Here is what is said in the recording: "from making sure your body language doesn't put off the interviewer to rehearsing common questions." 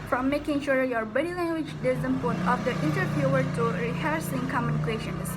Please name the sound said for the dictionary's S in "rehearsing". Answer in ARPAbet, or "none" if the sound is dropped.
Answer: S